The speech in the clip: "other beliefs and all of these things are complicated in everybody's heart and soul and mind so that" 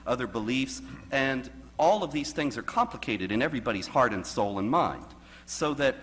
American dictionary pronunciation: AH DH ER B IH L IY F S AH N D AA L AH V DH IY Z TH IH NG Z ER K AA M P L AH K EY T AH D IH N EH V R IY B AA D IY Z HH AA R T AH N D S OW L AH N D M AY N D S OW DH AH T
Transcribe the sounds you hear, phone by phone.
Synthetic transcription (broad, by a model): AH DH ER B IH L IY F S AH N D AA L AH V DH IY Z TH IH NG Z ER K AA M P L AH K EY T AH D IH N EH V R IY B AA D IY Z HH AA R T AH N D S OW L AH N M AY N D S OW DH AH T